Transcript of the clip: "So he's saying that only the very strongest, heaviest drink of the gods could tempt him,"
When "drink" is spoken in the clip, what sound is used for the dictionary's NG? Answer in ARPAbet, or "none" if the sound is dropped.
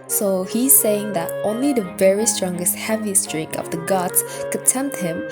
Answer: none